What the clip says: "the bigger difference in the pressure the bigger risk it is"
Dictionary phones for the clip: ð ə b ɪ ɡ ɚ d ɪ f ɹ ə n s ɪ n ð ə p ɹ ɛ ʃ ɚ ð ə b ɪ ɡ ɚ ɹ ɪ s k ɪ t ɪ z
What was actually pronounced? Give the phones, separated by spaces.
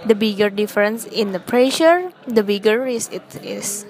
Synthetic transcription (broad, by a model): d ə b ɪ ɡ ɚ d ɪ f ɹ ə n s ɪ n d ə p ɹ ɛ ʃ ɚ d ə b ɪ ɡ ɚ ɹ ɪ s ɪ t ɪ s